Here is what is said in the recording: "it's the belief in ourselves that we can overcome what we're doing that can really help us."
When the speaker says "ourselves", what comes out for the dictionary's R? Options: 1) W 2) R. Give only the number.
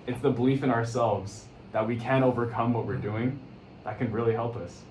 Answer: 2